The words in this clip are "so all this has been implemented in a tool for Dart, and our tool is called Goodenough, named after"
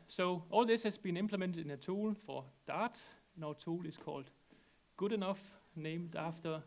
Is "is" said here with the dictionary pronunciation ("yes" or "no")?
no